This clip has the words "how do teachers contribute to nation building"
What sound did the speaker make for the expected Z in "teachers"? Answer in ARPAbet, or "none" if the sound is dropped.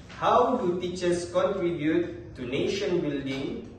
S